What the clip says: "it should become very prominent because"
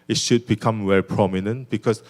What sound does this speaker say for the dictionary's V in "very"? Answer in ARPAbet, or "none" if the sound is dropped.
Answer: W